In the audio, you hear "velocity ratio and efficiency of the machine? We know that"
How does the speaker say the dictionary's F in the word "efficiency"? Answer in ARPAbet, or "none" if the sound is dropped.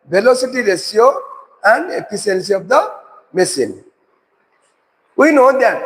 P